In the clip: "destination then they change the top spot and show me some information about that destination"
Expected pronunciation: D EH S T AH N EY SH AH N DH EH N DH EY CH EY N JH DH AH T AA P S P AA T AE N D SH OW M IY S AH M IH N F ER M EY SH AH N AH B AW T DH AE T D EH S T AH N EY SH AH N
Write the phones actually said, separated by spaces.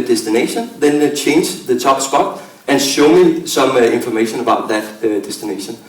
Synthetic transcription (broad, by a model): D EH S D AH N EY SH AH N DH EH N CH EY N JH DH AH S AA B S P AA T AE N SH OW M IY S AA M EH N F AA M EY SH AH N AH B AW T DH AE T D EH S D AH N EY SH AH N